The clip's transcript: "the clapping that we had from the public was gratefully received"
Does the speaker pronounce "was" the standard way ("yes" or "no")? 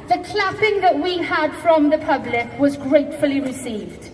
yes